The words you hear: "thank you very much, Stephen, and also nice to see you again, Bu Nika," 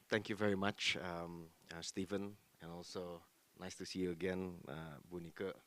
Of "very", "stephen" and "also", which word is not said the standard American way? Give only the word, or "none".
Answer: none